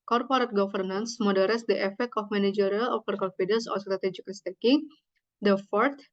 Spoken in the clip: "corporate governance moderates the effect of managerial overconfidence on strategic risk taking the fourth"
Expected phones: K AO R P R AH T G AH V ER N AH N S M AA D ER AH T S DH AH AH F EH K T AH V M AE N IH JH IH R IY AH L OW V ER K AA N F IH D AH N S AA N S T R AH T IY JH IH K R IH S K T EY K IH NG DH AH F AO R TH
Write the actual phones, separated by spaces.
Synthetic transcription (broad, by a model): K AO R P R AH T G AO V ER N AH N S M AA D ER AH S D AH AH F EH K T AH F M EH N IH JH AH R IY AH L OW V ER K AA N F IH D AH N S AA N S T R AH T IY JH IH K L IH S T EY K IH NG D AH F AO R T